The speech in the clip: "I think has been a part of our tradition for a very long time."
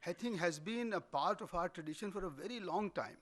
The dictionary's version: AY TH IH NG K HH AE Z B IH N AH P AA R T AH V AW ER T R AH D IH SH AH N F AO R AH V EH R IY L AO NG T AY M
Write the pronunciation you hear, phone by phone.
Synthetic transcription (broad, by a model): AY T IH NG K HH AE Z B IH N AH P AA R T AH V AW ER T R AH D IH SH AH N F AO R AH V EH R IY L AO NG T AY M